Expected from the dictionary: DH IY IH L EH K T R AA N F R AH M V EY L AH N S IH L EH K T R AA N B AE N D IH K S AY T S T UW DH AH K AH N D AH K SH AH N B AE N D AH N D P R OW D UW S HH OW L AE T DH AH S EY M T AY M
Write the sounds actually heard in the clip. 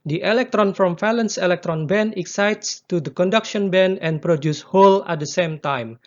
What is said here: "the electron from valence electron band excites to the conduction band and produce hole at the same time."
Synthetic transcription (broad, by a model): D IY IH L EH K T R AA N F R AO M F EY L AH N S IH L EH K T R AA N B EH N IH K S AY T S T UW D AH K AH N D AH K SH AH N B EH N AH N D P R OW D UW S HH OW L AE T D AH S EY M T AY M